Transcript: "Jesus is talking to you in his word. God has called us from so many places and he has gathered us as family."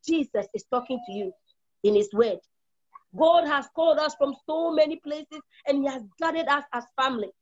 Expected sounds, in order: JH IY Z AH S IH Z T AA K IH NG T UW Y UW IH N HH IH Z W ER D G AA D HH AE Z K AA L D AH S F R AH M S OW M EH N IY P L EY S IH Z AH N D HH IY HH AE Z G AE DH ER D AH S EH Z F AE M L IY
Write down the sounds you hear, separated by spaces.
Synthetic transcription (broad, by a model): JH IY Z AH S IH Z T AA K IH NG T UW Y UW IH N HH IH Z W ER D G AA D HH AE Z K AA L D AH S F R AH M S OW M EH N IY P L EY S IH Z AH N HH IY HH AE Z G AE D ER D AH S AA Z F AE M L IY